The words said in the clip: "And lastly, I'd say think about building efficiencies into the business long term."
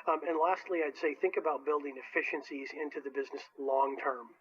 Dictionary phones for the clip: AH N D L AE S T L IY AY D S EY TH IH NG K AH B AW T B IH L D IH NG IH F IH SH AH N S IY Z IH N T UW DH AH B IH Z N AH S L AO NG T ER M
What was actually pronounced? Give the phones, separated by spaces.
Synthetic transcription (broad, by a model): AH N L AE S T L IY AY D S EY TH IH NG K AH B AW T B IH L D IH NG IH F IH SH AH N S IY Z IH N T UW DH AH B IH Z N AH S L AO NG T ER M